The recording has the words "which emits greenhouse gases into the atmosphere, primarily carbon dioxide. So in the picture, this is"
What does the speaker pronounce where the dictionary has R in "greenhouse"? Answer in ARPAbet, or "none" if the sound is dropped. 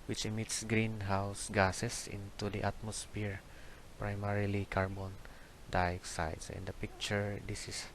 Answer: R